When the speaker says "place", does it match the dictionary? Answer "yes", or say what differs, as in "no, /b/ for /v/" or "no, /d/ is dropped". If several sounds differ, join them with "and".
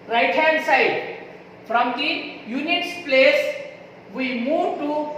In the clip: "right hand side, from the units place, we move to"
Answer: yes